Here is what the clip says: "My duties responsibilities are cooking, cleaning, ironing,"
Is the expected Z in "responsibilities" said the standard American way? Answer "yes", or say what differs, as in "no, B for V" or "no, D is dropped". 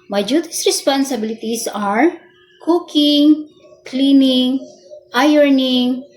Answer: no, S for Z